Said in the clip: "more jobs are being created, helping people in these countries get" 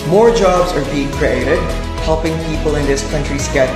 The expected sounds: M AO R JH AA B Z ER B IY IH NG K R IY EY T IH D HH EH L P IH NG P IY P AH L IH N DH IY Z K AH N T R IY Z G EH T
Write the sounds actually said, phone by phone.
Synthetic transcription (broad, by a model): M AO R JH AA B Z ER B IY IH NG K R IY EY T IH D HH EH L P IH NG P IY P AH L IH N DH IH S K AH N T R IY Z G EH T